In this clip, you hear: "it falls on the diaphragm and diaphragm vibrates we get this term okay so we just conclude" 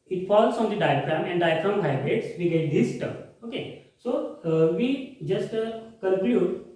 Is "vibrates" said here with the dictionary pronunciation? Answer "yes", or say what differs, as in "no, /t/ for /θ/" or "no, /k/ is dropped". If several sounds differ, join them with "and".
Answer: no, /p/ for /v/